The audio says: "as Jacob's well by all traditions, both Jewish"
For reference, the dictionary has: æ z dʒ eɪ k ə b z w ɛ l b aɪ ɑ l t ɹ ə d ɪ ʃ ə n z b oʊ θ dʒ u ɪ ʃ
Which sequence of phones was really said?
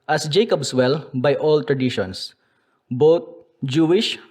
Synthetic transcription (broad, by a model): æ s dʒ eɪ k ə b s w ɛ l b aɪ ɑ l t ɹ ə d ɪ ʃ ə n s b oʊ t dʒ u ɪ ʃ